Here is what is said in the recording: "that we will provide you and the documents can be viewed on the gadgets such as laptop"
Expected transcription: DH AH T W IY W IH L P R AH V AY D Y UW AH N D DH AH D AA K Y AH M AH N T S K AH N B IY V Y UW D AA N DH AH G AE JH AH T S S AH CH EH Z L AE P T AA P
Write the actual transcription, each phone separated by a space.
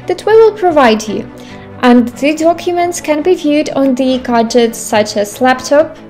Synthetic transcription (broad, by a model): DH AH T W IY W IH L P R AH V AY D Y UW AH N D DH AH D AA K Y AH M AH N T S K AH N B IY V Y UW D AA N DH AH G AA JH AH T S S AH CH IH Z L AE P T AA P